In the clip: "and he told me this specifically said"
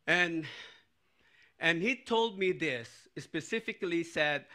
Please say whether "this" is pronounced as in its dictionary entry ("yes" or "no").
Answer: yes